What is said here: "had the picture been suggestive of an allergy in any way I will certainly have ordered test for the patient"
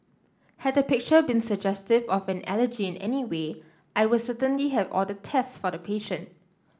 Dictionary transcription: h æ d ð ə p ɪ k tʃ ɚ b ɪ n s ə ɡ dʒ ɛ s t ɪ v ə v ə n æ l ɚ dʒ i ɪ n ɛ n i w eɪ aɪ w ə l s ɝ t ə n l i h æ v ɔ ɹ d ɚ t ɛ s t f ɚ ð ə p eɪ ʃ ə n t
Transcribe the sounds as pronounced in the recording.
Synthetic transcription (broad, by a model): h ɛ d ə p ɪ k tʃ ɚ b ɪ n s ə ɡ dʒ ɛ s t ɪ v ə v ə n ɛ l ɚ dʒ i ɪ n ɛ n i w eɪ aɪ w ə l s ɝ t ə n l i h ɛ v ɔ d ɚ t ɛ s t f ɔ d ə p eɪ ʃ ə n t